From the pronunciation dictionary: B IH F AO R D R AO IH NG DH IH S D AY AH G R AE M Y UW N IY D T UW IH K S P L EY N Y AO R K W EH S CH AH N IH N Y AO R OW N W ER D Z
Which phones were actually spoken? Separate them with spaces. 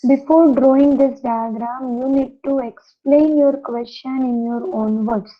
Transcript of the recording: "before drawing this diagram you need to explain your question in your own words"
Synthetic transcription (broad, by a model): B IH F AO R D R AO IH NG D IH S D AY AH G R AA M Y UW N IY D T UW IH K S P L EY N Y AO R K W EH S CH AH N IH N Y AO R OW N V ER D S